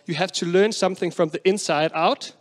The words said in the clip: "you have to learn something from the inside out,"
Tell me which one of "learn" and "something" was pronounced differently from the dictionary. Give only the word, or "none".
none